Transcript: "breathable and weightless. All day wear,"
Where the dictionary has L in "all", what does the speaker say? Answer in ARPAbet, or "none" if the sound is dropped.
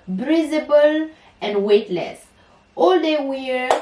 L